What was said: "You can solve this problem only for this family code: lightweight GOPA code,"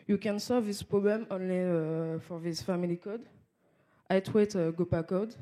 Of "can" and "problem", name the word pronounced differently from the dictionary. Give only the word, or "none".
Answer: none